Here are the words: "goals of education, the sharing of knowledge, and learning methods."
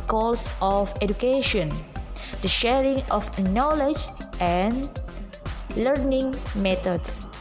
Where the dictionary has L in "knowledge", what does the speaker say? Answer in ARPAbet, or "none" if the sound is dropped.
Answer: L